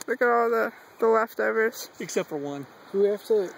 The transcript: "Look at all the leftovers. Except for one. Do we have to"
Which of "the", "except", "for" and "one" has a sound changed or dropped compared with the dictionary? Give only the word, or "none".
none